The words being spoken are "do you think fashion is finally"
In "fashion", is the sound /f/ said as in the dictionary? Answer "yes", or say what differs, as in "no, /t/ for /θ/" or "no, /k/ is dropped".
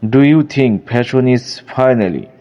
no, /p/ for /f/